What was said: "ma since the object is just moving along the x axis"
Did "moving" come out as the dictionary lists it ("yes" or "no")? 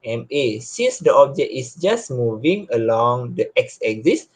yes